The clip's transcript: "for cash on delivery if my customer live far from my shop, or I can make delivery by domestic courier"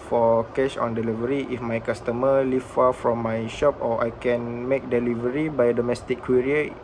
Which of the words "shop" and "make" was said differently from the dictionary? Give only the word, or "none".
none